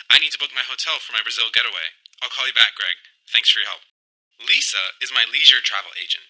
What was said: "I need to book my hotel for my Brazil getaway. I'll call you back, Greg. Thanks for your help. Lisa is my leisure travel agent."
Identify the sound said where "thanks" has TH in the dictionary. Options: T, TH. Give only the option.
TH